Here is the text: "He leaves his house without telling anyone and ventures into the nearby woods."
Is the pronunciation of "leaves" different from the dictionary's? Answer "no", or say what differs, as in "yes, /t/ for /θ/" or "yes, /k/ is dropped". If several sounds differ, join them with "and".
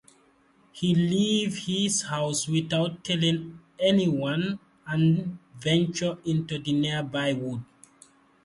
yes, /z/ is dropped